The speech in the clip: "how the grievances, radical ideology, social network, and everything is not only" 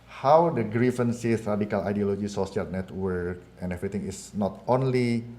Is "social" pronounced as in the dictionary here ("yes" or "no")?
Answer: no